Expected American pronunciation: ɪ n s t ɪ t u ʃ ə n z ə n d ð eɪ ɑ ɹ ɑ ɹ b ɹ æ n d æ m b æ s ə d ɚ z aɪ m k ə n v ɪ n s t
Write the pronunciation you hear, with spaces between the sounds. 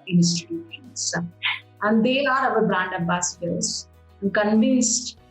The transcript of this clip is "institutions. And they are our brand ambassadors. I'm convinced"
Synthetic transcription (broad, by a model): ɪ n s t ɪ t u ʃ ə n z ə n d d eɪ ɑ ɹ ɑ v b ɹ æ n d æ b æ s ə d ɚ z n k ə n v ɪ n s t